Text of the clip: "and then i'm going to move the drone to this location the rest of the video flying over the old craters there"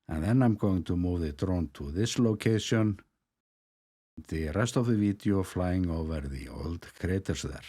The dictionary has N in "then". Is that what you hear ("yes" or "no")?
yes